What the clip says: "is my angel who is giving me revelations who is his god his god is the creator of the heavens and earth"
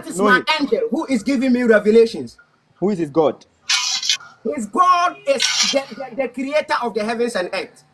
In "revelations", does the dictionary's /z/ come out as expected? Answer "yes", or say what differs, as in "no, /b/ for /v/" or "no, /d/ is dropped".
no, /s/ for /z/